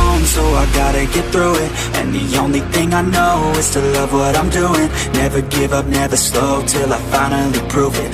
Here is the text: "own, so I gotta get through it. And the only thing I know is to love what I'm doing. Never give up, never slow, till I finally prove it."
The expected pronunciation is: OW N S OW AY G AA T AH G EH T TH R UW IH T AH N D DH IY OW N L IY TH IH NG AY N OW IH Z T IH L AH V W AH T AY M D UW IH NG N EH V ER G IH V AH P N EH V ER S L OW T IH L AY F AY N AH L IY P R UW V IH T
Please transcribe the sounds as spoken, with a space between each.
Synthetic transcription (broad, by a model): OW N S OW AY G AA T AH G EH T TH R UW IH T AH N DH IY OW N L IY TH IH NG AY N OW IH Z T IH L AH V W AH T AY M D UW IH NG N EH V ER G IH V AH P N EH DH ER S L OW T IH L AY F AY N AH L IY P R UW V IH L